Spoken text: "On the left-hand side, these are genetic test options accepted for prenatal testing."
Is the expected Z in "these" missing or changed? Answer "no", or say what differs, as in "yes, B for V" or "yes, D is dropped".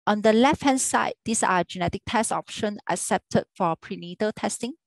yes, S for Z